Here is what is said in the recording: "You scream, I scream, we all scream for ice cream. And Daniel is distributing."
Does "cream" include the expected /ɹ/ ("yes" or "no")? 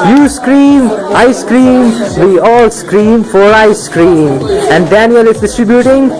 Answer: yes